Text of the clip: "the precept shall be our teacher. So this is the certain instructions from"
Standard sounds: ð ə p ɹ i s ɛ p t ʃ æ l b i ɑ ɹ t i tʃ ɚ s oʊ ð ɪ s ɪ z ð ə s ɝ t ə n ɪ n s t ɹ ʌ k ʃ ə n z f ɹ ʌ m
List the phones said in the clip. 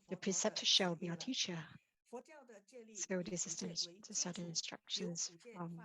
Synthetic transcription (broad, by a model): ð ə p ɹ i s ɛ p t ʃ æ l b i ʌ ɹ t i tʃ ɚ s oʊ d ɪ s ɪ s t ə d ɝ s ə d ɪ n s t ɹ ʌ k ʃ ə n z f ɹ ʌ m